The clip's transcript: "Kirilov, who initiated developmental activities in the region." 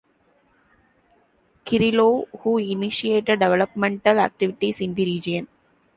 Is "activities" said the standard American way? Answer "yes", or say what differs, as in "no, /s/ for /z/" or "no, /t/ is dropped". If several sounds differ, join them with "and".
no, /s/ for /z/